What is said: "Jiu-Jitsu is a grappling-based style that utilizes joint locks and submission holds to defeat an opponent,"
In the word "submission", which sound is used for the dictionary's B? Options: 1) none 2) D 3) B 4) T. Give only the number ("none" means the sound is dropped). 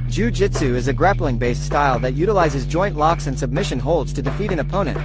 3